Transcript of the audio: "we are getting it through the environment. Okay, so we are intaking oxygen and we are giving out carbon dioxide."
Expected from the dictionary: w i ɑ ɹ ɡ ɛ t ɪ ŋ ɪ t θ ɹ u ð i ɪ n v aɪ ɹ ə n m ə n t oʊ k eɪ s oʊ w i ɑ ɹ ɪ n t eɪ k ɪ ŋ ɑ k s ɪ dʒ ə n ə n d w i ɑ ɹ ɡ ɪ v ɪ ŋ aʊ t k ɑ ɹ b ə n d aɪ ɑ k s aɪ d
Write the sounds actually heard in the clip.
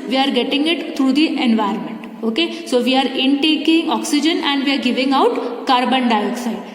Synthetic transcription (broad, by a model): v i ɑ ɹ ɡ ɛ t ɪ ŋ ɪ t t ɹ u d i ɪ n v aɪ ə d m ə n t oʊ k eɪ s oʊ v i ɑ ɹ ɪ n t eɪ k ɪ ŋ ɑ k s ɪ dʒ ə n ə n d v i ɑ ɹ ɡ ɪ v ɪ ŋ aʊ t k ɑ ɹ b ə n d aɪ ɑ k s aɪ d